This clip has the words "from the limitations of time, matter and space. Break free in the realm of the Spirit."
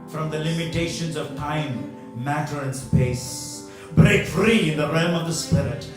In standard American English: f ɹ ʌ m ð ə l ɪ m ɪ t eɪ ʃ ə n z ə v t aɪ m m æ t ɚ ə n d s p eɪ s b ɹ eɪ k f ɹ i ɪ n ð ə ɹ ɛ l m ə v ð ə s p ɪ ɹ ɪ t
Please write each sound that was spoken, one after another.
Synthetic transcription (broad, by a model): f ɹ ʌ m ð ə l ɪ m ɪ t eɪ ʃ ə n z ə v t aɪ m m æ t ɚ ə n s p eɪ s b ɹ eɪ k f ɹ i ɪ n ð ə ɹ ɛ l m ə v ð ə s p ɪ ɹ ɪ t